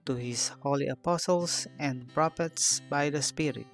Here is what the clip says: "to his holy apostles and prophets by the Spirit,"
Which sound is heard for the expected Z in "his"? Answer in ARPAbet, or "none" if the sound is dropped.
S